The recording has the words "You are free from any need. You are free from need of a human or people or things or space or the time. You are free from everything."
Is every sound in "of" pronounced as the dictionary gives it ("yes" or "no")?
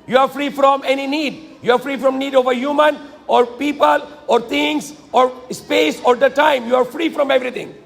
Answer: yes